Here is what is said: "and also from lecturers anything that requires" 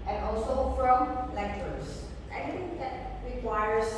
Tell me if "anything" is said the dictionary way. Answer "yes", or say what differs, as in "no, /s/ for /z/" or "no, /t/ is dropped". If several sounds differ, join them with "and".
no, /n/ is dropped